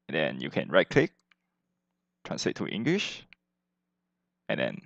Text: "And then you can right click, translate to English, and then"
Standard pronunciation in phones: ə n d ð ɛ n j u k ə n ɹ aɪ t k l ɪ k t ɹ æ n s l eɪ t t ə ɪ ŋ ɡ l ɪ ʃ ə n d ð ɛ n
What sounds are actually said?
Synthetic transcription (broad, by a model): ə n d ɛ n j u k ə n ɹ aɪ t k l ɪ k t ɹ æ n s l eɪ t t ɪ ŋ ɡ l ɪ ʃ ə n d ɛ n